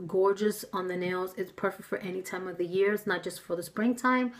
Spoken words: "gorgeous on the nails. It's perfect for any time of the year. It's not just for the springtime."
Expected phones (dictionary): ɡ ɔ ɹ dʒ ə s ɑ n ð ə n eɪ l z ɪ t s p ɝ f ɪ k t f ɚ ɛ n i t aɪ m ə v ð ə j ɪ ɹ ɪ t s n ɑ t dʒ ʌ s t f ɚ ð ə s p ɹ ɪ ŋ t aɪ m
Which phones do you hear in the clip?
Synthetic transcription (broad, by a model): ɡ ɔ ɹ dʒ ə s n ð ə n eɪ l z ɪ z p ɝ f ɪ k t f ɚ ɛ n i t aɪ m ə v ð ə j ɪ ɹ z n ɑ t dʒ ʌ s t f ɚ ð ə s p ɹ ɪ ŋ t aɪ m